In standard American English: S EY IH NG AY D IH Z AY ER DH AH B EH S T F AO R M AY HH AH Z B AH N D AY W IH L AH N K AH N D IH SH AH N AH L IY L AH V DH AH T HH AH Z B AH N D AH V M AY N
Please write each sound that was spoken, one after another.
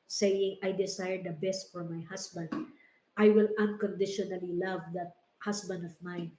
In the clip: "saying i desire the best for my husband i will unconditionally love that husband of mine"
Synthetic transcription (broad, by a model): S EY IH NG AY D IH S AY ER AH B EH S T F AO R M AY HH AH S B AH N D AY W IH L AH N K AH N D IH SH AH N AH L IY L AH V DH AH T HH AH S B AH N D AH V M AY N